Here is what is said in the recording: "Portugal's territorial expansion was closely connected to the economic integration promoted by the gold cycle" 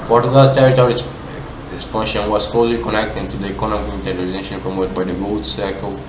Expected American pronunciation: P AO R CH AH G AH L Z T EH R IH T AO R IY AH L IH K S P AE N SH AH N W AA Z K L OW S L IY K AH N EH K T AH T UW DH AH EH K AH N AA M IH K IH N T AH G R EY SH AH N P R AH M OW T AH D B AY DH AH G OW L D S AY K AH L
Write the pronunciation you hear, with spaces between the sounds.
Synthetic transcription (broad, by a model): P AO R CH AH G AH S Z T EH R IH T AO R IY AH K S P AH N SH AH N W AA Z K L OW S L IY K AH N EH K T AH T UW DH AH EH K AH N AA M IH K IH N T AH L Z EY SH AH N F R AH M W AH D B AY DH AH G OW L D S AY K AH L